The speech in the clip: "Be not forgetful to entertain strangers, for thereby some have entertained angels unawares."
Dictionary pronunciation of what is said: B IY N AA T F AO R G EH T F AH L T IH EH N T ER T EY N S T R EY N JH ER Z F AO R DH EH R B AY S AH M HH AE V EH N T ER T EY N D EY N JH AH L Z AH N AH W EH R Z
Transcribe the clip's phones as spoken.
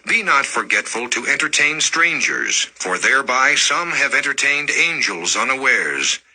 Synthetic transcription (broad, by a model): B IY N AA T F AO R G EH T F AH L T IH EH N T ER T EY N S T R EY N JH ER Z F AO R DH EH R B AY S AH M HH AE V EH N T ER T EY N D EY N JH AH L Z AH N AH W EH R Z